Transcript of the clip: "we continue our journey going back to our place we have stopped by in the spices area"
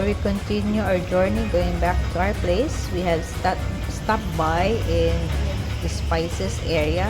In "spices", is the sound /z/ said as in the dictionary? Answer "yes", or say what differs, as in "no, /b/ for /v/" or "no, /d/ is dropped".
no, /s/ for /z/